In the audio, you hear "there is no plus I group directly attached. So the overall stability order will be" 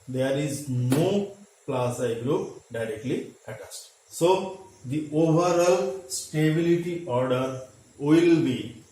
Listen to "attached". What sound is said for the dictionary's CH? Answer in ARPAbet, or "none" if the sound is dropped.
S